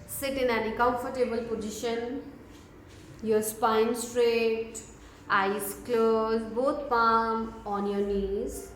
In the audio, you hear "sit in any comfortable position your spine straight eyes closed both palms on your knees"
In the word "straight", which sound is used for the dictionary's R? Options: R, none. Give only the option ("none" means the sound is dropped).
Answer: R